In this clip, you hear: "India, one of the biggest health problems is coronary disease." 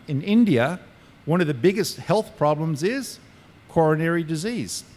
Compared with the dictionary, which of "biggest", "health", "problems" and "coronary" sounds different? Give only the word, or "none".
none